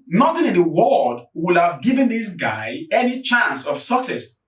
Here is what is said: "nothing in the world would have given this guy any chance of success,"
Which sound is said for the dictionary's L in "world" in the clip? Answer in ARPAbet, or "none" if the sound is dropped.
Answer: none